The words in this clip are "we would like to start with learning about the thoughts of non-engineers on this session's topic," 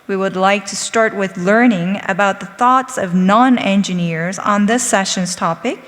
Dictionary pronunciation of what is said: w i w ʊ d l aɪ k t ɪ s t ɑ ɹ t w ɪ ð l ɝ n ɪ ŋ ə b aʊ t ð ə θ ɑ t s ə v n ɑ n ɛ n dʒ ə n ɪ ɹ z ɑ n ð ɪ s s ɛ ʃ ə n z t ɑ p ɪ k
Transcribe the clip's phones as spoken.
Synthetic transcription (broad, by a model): w i w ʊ d l aɪ k t ɪ s t ɑ ɹ t w ɪ ð l ɝ n ɪ ŋ ə b aʊ t ð ə θ ɑ t s ə v n ɑ n ɛ n dʒ ə n ɪ ɹ z n ð ɪ s s ɛ ʃ ə n z t ɑ p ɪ k